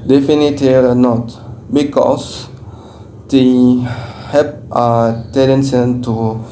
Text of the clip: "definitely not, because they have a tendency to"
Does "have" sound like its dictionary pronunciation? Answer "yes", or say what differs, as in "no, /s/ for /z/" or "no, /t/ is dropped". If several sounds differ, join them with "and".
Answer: no, /p/ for /v/